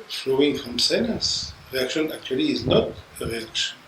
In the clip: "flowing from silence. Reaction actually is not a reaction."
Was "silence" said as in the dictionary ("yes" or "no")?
no